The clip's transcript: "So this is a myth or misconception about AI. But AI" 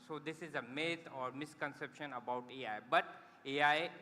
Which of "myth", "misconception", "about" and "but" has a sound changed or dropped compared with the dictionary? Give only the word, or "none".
myth